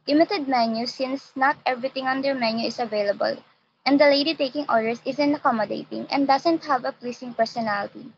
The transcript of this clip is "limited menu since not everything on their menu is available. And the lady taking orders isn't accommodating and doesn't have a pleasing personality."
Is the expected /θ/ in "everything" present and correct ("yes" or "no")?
no